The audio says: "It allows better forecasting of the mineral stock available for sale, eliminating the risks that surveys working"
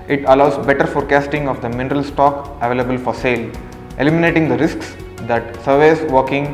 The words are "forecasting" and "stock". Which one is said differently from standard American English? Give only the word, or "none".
none